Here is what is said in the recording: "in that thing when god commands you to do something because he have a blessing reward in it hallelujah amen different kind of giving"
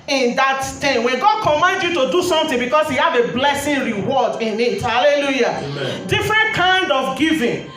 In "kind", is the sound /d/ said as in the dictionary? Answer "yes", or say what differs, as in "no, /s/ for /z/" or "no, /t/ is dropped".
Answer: yes